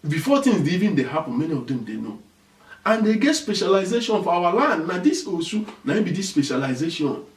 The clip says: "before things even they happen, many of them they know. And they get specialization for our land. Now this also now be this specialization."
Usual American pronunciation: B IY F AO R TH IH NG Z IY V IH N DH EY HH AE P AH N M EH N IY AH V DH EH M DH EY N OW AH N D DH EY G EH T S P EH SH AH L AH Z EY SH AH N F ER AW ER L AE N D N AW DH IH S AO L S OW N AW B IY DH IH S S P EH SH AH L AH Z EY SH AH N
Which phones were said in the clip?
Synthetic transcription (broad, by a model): B IY F AO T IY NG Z IY V IH N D EY HH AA P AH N M EH N IY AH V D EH M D EY N OW AH N D EY G EH T S P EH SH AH L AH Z EY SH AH N F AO AW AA L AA N D N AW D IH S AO S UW N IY B IY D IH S S P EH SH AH L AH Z EY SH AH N